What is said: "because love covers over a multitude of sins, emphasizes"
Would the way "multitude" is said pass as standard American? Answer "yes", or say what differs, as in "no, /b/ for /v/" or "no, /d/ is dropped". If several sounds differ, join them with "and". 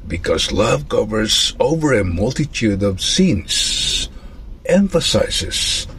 yes